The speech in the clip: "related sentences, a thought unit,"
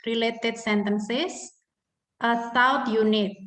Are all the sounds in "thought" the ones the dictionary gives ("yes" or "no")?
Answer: no